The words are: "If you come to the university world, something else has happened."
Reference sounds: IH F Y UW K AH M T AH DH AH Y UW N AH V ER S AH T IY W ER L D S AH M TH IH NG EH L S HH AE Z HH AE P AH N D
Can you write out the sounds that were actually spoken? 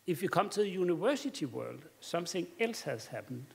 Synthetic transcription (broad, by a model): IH F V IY K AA M S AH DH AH Y UW N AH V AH S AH S IY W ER L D S AH M TH IH NG EH L S HH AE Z HH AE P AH N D